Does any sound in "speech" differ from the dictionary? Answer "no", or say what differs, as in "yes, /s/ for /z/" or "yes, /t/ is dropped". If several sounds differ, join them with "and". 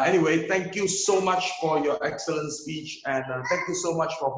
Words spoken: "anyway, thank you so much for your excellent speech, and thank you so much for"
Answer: no